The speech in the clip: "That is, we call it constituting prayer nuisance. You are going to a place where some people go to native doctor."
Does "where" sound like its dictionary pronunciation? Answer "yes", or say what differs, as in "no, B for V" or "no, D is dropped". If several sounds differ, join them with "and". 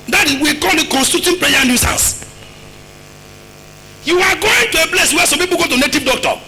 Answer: no, W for R